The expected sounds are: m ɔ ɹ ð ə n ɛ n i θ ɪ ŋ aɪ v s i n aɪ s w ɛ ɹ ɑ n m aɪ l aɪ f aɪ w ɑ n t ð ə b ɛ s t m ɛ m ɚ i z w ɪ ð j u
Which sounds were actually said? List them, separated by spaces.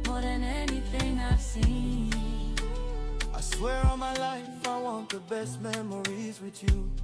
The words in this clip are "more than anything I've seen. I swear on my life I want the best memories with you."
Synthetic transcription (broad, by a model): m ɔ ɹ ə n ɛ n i f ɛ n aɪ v s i aɪ s w ɛ ɹ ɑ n m aɪ l aɪ f aɪ w ɑ n t ð ə b ɛ s t m ɛ m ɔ i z w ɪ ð j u